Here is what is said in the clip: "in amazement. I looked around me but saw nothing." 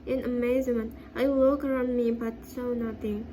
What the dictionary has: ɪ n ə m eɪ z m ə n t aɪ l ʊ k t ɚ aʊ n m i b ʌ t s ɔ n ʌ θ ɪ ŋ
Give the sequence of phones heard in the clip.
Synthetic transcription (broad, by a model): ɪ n ə m eɪ z m ə n t aɪ w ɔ k ɚ aʊ n m i b ʌ t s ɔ n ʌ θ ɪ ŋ